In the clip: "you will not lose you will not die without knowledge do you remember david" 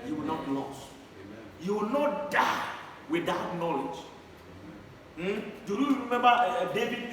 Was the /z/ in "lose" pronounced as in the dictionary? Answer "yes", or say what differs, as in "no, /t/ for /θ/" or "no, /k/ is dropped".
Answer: no, /s/ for /z/